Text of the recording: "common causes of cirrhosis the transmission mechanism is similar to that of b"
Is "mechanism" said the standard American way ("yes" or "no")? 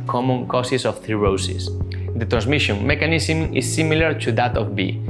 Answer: no